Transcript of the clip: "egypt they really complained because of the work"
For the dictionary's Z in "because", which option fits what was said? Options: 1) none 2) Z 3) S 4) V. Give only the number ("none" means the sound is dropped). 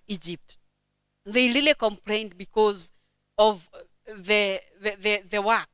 2